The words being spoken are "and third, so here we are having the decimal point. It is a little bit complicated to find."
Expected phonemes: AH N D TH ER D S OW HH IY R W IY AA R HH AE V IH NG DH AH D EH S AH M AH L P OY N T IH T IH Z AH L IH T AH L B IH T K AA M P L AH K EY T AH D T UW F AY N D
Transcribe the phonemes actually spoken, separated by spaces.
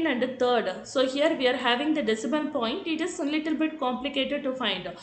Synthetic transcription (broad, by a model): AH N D T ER D S OW HH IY R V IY AA R HH AE V IH NG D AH D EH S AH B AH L P OY N T IH T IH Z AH L IH T AH L B IH T K AA M P L AH K EY T AH D T UW F AY N D